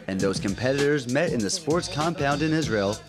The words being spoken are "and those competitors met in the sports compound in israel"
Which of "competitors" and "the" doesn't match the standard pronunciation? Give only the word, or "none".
none